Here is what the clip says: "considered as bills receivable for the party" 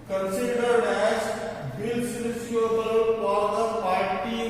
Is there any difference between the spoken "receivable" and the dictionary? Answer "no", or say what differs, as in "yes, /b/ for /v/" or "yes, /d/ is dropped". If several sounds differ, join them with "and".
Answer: yes, /v/ is dropped